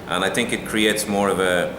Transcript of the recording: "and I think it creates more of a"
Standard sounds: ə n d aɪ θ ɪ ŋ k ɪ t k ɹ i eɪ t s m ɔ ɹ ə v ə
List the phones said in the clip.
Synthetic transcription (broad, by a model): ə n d aɪ θ ɪ ŋ k ɪ t k ɹ i eɪ t s m ɔ ɹ ə v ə